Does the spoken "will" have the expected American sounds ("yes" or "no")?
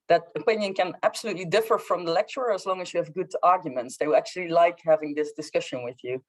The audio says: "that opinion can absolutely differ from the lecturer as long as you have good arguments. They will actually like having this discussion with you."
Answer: no